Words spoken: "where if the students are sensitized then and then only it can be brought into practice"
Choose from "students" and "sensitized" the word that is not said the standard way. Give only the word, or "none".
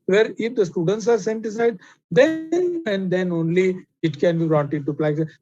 sensitized